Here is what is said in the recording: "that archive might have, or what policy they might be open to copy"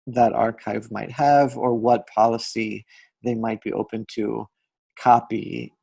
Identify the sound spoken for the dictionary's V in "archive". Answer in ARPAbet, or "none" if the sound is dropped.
V